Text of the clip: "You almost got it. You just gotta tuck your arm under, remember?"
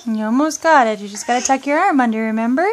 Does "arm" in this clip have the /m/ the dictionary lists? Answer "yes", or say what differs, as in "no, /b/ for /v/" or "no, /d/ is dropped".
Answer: yes